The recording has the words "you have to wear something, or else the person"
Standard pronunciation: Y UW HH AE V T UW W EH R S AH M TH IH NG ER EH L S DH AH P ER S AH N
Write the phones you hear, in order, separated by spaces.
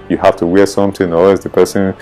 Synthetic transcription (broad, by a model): Y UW HH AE F T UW W EH R S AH M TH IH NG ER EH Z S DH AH P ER S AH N